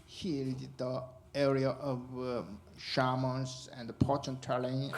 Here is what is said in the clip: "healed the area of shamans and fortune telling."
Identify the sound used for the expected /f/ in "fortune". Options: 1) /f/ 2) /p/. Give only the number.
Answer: 2